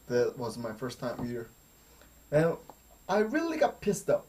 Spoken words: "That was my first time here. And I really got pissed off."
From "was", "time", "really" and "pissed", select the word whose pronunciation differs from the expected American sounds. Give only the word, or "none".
none